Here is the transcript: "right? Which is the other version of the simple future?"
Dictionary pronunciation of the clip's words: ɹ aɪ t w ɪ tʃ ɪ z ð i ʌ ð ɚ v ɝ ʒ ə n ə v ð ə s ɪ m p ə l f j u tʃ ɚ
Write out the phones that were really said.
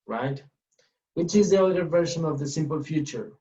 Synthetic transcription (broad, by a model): ɹ aɪ t w ɪ tʃ ɪ z ð i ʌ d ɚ v ɝ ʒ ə n ə v ð ə s ɪ m p ə l f j u tʃ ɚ